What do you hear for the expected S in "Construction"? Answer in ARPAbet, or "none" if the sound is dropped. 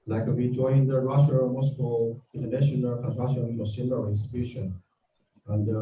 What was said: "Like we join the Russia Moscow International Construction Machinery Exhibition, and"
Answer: none